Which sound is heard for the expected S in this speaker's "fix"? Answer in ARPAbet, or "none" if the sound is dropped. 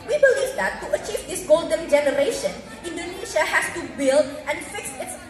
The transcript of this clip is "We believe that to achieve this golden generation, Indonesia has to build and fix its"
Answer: S